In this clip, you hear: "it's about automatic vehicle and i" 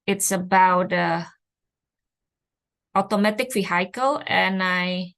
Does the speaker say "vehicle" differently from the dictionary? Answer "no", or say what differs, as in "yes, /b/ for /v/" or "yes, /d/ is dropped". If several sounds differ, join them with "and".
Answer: yes, /f/ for /v/